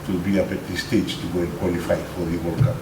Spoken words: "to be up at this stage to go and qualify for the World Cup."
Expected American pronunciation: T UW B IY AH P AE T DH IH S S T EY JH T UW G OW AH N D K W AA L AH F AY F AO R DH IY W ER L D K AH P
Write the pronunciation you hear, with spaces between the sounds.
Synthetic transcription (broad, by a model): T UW B IY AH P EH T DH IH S S T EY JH T UW G OW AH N K W AA L AH F AY F AO R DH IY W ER D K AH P